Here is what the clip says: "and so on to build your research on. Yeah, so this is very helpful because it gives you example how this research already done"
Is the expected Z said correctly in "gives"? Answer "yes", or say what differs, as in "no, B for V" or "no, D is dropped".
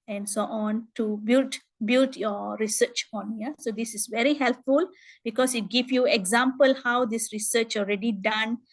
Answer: no, Z is dropped